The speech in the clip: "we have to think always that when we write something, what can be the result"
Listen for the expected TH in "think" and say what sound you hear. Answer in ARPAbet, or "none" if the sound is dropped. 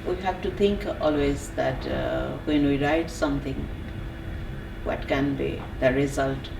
T